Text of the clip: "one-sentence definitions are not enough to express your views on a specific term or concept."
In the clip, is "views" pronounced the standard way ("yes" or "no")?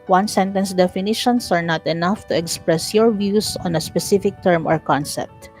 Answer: no